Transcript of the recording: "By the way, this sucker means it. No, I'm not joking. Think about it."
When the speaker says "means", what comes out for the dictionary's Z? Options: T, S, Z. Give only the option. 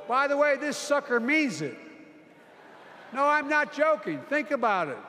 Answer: Z